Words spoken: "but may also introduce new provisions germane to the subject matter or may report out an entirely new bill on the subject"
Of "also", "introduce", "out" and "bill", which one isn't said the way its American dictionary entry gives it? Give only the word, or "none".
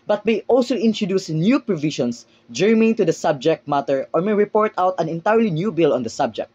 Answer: none